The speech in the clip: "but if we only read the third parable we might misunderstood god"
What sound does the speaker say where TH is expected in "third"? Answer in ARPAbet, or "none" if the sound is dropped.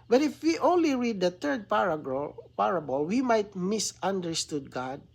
T